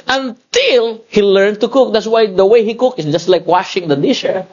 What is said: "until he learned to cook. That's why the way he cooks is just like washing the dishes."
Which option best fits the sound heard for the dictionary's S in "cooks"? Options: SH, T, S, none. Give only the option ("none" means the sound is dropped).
none